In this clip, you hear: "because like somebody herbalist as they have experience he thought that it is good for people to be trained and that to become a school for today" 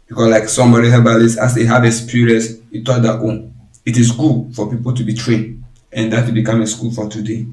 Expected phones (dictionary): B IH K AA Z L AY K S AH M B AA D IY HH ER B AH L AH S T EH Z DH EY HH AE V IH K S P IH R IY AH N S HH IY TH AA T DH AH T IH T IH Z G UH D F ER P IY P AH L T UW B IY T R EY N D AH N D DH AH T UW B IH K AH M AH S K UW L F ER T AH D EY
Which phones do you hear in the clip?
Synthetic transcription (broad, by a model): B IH K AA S L AY K S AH M B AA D IY HH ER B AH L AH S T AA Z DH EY HH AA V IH S P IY R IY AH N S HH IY T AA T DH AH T IH T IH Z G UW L F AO P IY P AH L T UW B IY T R EY N D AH N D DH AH T UW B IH K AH M AH S K UW L F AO T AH D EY